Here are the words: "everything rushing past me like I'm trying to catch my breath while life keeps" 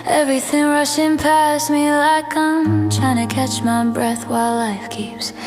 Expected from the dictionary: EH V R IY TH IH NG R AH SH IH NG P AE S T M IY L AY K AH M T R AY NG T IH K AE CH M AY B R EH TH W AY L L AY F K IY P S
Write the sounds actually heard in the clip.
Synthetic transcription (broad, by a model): EH V R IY TH IH NG R AH SH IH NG P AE S M IY L AY K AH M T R AY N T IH K AE CH M AY B R EH TH W AY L L AY F K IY P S